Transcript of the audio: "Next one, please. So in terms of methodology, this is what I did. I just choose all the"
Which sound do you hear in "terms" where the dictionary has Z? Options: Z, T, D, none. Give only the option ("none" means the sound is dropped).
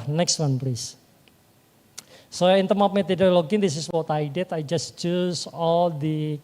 none